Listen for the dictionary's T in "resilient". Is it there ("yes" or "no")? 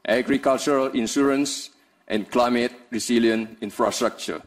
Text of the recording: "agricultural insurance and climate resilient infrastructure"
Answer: no